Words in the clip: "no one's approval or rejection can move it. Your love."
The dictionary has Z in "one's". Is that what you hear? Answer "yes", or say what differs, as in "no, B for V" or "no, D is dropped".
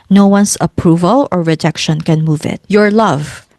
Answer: no, S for Z